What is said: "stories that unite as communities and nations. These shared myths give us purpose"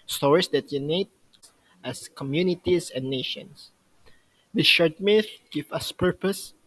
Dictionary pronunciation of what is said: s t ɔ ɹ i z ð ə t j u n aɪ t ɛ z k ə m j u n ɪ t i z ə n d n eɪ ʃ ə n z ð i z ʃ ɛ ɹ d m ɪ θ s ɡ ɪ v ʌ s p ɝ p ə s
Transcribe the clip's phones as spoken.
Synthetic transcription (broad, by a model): s t ɔ ɹ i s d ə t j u n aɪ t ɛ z k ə m j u n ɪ t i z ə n n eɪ ʃ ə n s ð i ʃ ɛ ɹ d m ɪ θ ɡ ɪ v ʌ s p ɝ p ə s